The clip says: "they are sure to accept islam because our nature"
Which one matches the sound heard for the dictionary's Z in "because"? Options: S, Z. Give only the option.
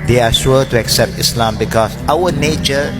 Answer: S